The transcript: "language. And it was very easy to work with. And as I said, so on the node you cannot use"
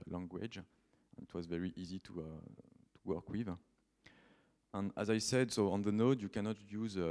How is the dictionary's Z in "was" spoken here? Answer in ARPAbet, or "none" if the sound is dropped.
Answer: Z